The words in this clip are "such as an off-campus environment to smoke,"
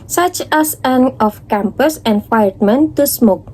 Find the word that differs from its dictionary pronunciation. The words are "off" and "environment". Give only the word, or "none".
environment